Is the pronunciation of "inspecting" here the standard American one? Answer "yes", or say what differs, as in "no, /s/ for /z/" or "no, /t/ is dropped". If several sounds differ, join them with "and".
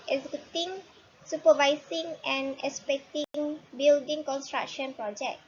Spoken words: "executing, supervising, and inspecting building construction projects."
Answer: no, /n/ is dropped